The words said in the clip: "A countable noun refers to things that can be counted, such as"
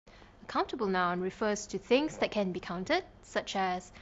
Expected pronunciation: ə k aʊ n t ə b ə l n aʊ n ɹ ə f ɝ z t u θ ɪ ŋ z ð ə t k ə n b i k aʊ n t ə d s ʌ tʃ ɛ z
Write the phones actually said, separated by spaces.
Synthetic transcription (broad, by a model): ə k aʊ n t ə b ə l n aʊ n ɹ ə f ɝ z t u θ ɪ ŋ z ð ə t k ə n b i k aʊ n t ə d s ʌ tʃ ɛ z